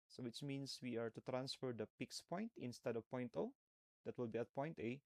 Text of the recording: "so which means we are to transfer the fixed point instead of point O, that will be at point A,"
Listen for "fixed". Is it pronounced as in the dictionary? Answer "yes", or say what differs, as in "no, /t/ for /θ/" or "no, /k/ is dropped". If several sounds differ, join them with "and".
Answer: no, /p/ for /f/